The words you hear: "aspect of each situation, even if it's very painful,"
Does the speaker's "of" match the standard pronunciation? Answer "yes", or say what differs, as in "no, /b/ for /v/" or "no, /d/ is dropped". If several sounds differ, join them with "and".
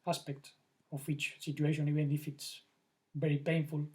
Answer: no, /w/ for /v/